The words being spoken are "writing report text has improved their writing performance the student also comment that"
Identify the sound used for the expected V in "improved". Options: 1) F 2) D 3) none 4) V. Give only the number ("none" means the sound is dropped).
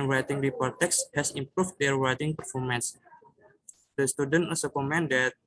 1